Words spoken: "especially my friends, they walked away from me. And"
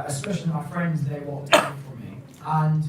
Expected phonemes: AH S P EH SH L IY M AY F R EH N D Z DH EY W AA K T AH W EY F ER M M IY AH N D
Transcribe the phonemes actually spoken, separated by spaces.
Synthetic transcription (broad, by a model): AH S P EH SH L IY M AY F R EH N D Z DH EY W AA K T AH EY F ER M M IY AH N